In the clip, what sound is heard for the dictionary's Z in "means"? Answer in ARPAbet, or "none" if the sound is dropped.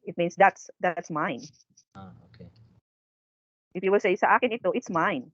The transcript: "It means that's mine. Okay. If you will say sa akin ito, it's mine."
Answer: S